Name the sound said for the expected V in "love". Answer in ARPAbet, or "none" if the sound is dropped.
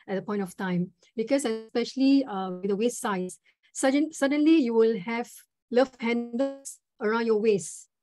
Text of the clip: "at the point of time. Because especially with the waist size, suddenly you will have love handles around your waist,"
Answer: F